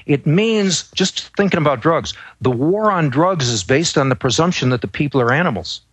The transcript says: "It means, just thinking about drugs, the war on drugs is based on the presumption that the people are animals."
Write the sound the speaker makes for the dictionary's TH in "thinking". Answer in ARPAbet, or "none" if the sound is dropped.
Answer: TH